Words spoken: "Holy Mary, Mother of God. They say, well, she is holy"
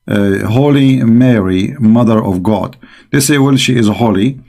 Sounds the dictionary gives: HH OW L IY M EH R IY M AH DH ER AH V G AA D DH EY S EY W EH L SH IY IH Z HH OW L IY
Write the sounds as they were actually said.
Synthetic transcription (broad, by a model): HH OW L IY M EH R IY M AH DH ER AH V G AA D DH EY S EY W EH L SH IY IH Z HH OW L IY